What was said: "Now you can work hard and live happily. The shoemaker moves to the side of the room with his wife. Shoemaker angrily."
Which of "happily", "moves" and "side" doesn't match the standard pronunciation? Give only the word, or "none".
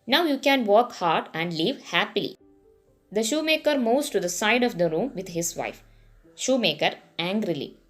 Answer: moves